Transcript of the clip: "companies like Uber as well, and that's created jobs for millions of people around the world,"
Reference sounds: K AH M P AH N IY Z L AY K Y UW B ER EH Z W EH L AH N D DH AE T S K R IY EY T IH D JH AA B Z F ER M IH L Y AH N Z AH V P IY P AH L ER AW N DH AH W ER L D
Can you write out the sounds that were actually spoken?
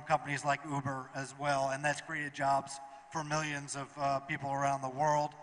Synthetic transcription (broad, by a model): K AH M P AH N IY Z L AY K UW B ER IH Z W EH L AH N DH AE T S K R IY EY T IH D JH AA B Z F ER M IH L Y AH N Z AH V P IY P L ER AW N DH AH W ER L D